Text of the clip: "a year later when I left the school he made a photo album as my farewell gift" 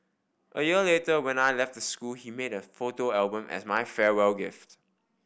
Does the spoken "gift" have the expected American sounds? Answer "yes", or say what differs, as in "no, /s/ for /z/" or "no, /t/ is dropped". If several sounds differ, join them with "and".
yes